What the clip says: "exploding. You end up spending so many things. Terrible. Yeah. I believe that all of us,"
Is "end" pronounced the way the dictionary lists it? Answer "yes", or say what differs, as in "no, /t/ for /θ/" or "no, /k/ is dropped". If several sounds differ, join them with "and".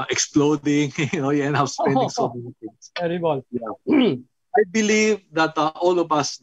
no, /d/ is dropped